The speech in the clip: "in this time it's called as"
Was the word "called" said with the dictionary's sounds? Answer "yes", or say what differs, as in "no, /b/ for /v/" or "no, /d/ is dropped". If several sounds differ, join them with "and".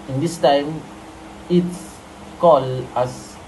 no, /d/ is dropped